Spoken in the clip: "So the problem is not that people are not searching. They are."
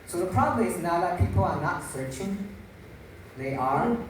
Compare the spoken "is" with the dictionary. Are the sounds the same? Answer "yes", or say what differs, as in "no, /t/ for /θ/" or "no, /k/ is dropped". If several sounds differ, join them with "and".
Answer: no, /s/ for /z/